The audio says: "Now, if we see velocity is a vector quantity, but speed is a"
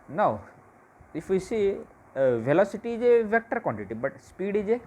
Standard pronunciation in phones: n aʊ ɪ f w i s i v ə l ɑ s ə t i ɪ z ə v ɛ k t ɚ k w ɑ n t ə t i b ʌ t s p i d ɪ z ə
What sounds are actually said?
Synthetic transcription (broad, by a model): n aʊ ɪ f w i s i v ə l ɑ s ə t i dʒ ə v ɛ k t ɚ k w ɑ n t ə t i b ʌ t s p i d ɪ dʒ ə